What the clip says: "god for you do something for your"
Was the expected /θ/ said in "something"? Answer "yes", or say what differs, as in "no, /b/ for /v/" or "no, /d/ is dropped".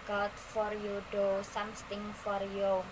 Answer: no, /s/ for /θ/